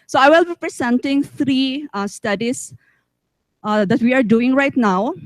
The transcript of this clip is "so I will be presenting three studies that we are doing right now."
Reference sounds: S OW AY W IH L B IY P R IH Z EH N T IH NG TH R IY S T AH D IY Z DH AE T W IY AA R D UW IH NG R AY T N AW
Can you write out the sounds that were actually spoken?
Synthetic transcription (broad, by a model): S OW AY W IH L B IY P R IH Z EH N T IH NG T R IY S T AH D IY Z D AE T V IY AA R D UW IH NG R AY T N AW